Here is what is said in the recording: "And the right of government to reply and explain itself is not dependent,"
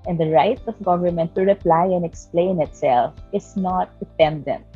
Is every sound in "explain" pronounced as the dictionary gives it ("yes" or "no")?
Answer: yes